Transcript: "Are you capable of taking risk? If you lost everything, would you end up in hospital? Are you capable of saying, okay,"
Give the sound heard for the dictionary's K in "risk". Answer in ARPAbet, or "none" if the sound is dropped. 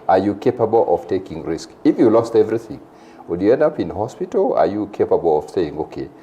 K